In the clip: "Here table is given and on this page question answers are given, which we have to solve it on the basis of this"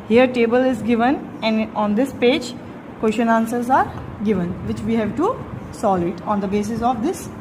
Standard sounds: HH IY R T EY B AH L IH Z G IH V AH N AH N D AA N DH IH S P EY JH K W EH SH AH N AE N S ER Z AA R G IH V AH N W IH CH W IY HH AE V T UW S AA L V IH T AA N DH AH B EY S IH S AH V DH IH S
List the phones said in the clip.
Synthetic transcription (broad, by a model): HH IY R T EY B AH L IH Z G IH V AH N AH N D AA N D IH S P EY JH K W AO SH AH N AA N S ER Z AA R G IH V AH N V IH CH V IY HH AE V T UW S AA L IH T AA N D AH B EY S IH S AH V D IH S